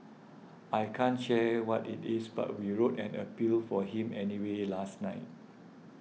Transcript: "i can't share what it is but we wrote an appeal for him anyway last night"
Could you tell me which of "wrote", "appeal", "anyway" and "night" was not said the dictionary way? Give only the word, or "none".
none